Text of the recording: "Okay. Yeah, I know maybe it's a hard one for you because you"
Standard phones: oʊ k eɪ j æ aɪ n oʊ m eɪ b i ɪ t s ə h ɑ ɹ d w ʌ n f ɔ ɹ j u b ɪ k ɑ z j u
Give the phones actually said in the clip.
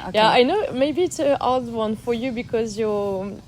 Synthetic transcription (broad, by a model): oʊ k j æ aɪ n oʊ m eɪ b i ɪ t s ə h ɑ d w ʌ n f ɔ ɹ j u b ɪ k ɑ z j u